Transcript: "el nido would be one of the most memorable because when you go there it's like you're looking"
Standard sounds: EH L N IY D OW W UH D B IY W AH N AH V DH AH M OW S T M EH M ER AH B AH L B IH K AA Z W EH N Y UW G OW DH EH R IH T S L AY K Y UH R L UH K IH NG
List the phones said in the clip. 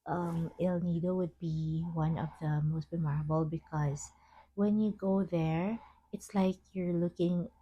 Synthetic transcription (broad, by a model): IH L N IY D OW W UH D B IY W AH N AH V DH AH M OW S T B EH M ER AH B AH L B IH K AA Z W EH N Y UW G OW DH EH R IH T S L AY K Y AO R L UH K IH NG